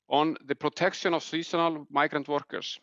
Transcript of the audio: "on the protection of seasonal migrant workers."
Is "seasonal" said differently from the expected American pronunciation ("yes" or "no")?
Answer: yes